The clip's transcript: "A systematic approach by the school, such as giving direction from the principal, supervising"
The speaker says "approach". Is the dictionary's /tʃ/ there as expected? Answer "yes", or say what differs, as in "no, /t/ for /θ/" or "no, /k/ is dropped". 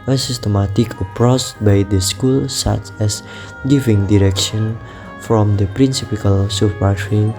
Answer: no, /s/ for /tʃ/